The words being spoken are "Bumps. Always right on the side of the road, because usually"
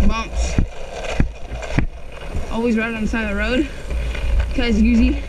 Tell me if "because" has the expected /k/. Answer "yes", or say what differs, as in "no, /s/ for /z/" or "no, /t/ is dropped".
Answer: no, /k/ is dropped